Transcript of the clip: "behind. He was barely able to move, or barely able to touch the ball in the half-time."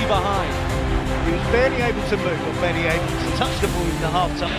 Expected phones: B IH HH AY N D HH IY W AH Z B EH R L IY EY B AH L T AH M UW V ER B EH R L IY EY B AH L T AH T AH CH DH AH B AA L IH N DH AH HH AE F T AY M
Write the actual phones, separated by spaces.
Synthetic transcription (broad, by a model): B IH HH AY N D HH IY W AH Z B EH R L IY EY B AH L T AH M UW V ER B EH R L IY EY B AH L T AH T AH CH DH AH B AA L IH N DH AH HH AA F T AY